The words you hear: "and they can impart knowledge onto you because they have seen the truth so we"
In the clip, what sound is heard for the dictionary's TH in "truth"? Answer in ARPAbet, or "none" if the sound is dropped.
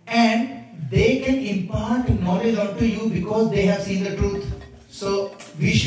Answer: T